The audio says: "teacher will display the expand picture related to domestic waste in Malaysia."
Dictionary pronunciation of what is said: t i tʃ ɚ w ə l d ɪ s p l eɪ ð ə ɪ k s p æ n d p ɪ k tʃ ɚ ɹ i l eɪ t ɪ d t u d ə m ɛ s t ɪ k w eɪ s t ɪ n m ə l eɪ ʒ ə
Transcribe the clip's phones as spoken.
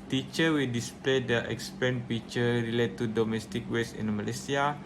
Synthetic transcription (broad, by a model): t i tʃ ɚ w ə l d ɪ s p l eɪ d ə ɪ k s p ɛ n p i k tʃ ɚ ɹ i l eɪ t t u d ə m ɛ s t ɪ k w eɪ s ɪ n m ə l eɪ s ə